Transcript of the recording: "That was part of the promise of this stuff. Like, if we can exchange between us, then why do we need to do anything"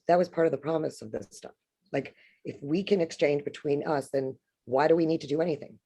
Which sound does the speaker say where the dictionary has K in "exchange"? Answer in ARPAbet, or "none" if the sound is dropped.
K